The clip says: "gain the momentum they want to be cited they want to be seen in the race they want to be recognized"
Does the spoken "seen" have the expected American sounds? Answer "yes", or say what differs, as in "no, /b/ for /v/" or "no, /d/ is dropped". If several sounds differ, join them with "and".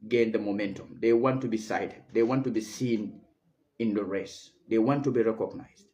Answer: yes